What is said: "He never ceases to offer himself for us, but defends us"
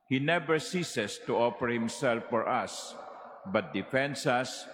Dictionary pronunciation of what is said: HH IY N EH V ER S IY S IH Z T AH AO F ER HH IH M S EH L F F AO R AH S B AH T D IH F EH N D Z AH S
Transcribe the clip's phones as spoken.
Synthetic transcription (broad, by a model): HH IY N EH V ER S IY S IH S T AH AO F ER HH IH M S EH L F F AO R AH S B AH T D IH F EH N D S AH S